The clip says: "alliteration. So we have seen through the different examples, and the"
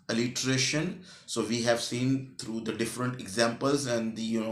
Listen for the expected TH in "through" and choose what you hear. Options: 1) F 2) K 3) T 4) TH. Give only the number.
3